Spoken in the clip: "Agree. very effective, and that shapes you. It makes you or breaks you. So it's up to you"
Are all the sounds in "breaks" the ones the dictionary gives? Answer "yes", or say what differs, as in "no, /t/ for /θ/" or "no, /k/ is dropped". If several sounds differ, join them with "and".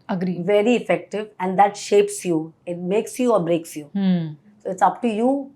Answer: yes